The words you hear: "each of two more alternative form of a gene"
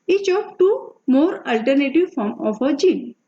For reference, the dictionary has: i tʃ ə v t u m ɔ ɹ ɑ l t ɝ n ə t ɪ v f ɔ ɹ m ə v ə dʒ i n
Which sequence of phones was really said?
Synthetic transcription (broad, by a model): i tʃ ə p t u m ɔ ɹ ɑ l t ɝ n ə t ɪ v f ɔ ɹ m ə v ə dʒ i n